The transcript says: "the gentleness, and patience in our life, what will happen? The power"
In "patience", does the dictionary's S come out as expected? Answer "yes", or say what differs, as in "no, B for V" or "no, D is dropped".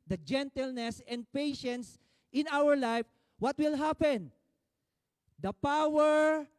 yes